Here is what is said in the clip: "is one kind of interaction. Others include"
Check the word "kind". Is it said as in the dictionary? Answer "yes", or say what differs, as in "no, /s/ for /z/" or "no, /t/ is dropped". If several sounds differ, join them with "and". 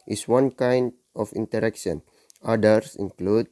yes